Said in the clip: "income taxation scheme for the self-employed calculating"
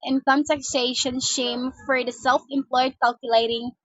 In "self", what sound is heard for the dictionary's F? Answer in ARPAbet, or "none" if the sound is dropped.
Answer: F